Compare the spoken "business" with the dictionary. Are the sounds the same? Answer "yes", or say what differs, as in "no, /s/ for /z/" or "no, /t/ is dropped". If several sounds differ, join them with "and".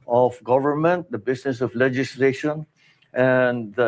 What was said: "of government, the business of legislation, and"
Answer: no, /s/ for /z/